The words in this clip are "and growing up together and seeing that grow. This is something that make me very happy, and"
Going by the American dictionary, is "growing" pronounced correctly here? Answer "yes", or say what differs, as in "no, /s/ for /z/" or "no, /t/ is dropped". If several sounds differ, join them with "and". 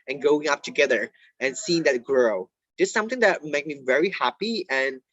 no, /ɹ/ is dropped